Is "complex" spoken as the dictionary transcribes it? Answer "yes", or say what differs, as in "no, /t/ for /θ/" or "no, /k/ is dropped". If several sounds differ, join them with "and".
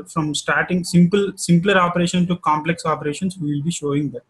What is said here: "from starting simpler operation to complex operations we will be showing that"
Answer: yes